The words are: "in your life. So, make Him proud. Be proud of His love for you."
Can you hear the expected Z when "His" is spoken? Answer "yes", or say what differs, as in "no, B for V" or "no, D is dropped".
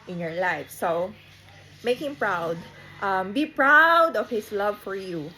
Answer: no, S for Z